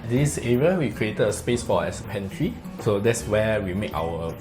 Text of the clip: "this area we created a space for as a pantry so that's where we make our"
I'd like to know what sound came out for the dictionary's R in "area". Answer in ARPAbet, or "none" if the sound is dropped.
R